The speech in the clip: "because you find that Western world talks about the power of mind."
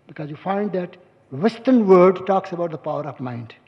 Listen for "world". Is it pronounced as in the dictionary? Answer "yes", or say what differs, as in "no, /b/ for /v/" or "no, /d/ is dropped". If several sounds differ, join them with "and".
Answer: no, /l/ is dropped